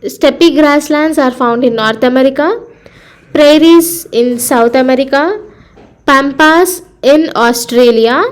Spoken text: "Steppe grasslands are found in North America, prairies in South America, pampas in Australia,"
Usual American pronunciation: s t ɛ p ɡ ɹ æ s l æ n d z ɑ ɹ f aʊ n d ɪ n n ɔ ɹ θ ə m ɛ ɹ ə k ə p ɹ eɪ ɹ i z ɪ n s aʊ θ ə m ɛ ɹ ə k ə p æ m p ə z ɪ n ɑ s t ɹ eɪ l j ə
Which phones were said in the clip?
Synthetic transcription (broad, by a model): s t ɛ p ɡ ɹ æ s l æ n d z ɑ ɹ f aʊ n d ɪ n n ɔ ɹ t ə m ɛ ɹ ə k ə p ɹ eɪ ɹ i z ɪ n s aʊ t ə m ɛ ɹ ə k ə p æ m p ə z ɪ n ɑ s t ɹ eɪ l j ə